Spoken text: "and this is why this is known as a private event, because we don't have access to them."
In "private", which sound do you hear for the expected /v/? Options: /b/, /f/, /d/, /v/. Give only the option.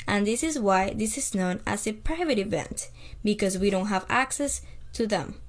/v/